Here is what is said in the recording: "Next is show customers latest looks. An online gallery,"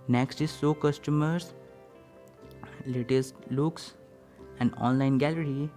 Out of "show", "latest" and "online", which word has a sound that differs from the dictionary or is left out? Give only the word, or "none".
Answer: show